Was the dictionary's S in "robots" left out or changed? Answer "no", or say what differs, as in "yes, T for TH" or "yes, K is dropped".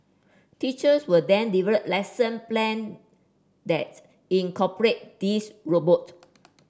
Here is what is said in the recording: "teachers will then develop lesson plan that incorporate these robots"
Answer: yes, S is dropped